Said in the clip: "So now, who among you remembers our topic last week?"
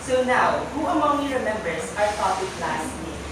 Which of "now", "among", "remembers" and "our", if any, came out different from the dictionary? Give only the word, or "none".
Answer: remembers